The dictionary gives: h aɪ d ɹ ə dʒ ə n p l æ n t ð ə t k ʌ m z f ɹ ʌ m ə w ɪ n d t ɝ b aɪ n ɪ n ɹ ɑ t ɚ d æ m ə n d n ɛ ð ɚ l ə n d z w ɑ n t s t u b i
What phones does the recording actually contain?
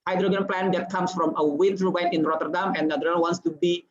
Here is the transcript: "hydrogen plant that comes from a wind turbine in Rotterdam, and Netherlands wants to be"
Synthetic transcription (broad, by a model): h aɪ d ɹ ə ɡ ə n p l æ n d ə t k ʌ m s f ɹ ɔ m ə w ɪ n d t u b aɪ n ɪ n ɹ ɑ t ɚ d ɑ m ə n n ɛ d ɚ ə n w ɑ n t s t u b i